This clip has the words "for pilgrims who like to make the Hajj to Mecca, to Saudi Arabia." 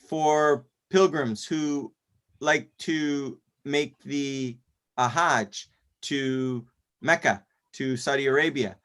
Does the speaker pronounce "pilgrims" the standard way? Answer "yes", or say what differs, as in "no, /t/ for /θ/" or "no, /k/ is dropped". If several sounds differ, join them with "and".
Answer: yes